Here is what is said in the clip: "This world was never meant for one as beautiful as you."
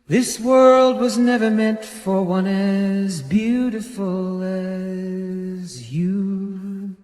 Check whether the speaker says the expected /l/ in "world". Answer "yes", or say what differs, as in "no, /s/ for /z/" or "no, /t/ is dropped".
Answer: yes